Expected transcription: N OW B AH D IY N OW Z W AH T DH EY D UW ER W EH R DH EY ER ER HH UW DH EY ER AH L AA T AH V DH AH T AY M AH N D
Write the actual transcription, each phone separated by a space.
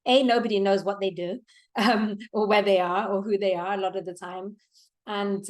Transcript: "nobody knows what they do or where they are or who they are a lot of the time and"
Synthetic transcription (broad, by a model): N OW B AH D IY N OW Z W AH T DH EY D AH ER W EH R DH EY ER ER HH UW DH EY ER AH L AA T AH V DH AH T AY M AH N